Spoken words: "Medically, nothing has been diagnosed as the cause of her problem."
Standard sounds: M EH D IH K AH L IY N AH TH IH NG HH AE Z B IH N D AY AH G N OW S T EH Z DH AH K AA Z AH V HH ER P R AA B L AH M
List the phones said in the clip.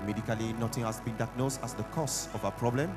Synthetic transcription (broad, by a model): M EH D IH K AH L IY N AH T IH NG HH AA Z B IH N D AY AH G N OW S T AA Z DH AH K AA S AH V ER P R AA B L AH M